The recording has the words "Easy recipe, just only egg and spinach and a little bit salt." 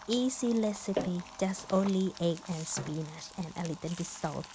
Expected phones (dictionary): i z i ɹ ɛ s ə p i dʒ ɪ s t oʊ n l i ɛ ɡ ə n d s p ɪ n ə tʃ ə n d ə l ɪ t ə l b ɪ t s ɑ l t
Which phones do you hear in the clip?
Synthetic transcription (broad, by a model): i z i l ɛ s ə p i dʒ ɪ s t oʊ n l i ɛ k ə n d s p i n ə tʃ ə n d ə l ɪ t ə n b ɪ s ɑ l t